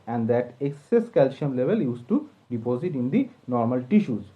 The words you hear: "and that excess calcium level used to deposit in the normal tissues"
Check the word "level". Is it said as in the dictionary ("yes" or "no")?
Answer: yes